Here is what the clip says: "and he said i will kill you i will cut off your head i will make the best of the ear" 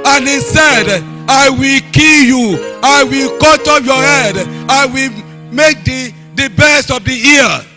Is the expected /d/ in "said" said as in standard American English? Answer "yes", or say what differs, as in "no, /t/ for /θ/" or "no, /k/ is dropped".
yes